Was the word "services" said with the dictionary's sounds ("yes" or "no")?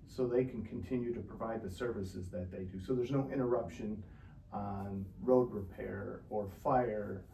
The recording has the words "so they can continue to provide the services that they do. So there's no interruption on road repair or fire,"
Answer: yes